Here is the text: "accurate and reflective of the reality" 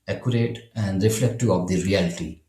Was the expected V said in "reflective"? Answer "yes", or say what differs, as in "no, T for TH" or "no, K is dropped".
no, V is dropped